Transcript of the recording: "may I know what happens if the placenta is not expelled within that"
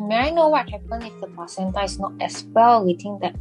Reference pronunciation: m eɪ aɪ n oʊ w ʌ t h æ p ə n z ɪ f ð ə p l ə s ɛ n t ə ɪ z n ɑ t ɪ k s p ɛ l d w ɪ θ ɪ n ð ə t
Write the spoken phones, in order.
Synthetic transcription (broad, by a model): m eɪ aɪ n oʊ w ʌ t h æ p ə n ɪ f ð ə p ə s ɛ n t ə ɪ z n ɑ t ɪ s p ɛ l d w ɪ t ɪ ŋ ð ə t